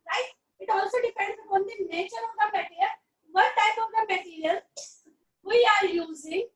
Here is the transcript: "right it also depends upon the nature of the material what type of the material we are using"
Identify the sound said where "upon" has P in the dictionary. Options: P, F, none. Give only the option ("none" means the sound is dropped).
none